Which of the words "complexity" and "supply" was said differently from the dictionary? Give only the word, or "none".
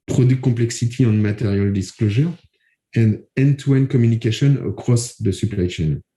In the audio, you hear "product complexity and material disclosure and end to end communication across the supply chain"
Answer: complexity